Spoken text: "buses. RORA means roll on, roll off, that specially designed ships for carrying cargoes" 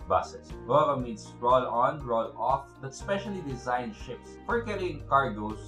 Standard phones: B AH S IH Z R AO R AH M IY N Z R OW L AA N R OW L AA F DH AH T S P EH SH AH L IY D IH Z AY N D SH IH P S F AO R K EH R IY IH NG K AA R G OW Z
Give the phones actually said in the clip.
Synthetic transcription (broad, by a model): B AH S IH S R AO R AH M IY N S R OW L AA N R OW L AA F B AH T S P EH SH AH L IY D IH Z AY N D SH IH P S F AO R K EH R IY IH NG K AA R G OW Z